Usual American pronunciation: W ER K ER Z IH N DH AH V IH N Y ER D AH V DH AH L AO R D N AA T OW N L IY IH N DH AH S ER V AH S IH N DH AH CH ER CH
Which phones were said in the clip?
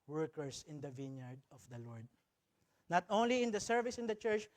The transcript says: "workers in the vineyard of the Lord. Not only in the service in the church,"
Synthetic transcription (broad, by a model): W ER K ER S IH N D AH V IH N Y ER D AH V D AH L AO R D N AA T OW N L IY IH N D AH S ER V AH S IH N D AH CH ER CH